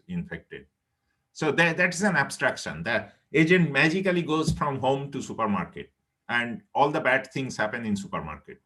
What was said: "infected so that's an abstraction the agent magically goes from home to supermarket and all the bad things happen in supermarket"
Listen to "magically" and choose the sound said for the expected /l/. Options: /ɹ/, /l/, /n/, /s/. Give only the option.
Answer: /l/